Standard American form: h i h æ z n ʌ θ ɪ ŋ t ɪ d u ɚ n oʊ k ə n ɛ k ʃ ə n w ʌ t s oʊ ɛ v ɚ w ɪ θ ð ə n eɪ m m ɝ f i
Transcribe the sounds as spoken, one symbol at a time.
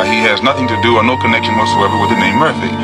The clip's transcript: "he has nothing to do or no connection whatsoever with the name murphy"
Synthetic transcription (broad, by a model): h i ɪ z n ʌ θ ɪ ŋ t ɪ d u ɚ n oʊ k ə n ɛ k ʃ ə n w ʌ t s oʊ ɛ v ɚ w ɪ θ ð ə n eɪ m m ɝ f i